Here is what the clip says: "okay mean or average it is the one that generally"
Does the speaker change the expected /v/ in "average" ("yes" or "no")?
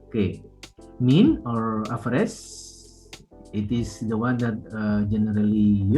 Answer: yes